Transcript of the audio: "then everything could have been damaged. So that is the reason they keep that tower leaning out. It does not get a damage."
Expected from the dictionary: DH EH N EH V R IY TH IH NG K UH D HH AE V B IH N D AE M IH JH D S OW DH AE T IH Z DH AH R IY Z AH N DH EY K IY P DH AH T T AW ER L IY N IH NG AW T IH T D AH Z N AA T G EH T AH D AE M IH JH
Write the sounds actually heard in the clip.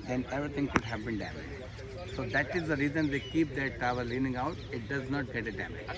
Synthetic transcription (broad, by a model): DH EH N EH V R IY T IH NG K UH D HH AE V B IH N D AE M IH JH D S OW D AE T IH Z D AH R IY Z AH N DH EY K IY P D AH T T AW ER L IY N IH NG AW T IH T D AH Z N AA T G EH T AH D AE M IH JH